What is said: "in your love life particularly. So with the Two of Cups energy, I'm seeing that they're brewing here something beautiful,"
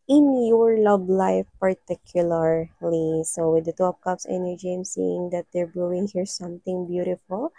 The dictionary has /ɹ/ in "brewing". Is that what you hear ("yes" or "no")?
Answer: no